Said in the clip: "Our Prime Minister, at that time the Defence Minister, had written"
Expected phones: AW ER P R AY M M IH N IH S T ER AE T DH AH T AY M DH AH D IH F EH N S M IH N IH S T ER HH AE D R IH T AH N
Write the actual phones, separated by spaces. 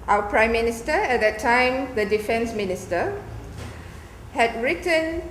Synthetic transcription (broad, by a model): AW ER P R AY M M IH N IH S T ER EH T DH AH T AY M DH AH D IH F EH N S M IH N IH S T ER HH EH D R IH T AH N